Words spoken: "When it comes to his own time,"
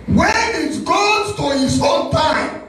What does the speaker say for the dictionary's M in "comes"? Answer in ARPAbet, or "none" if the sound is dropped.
none